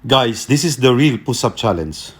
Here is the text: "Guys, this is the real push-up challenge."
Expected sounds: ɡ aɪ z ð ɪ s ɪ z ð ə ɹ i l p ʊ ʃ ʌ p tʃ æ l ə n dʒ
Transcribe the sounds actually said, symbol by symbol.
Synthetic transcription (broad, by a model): ɡ aɪ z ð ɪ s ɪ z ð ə ɹ i l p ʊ s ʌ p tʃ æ l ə n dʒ